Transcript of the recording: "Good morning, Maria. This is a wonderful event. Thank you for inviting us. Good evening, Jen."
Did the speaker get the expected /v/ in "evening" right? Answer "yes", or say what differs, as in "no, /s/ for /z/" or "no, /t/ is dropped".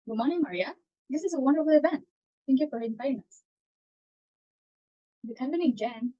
no, /p/ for /v/